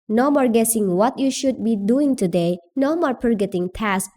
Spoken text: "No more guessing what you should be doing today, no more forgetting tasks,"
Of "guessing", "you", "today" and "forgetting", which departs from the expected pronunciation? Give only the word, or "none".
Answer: forgetting